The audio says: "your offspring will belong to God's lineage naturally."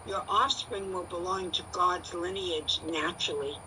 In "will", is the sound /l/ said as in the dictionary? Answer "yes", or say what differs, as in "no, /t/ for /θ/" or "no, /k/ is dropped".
yes